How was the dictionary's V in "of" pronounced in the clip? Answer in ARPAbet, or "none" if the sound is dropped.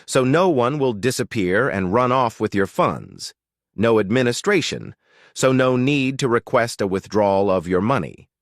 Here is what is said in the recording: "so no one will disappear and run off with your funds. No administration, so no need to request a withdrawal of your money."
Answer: V